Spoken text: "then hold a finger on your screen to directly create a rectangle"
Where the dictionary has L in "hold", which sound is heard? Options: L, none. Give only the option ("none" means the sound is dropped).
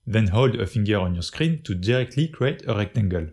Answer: L